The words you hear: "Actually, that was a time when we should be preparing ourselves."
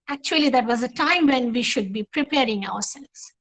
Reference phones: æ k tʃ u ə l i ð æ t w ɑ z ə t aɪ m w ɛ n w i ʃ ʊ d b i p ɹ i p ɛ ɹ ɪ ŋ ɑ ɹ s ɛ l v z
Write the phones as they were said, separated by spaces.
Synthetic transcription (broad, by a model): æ k tʃ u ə l i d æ t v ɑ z ə t aɪ m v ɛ n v i ʃ ʊ d b i p ɹ i p ɛ ɹ ɪ ŋ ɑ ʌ s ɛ l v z